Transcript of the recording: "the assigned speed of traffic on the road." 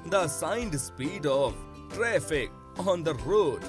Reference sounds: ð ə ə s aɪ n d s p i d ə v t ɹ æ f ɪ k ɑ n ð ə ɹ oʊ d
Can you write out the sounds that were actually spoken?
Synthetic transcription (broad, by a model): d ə ə s aɪ n d s p i d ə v t ɹ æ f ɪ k ɑ n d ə ɹ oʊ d